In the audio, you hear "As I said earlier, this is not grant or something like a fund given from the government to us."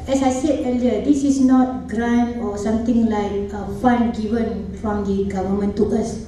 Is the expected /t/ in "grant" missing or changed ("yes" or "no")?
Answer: yes